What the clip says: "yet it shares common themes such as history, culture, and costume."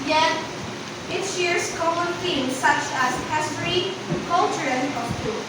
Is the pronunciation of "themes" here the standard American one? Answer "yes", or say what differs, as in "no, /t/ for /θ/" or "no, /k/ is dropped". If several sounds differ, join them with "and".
no, /f/ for /θ/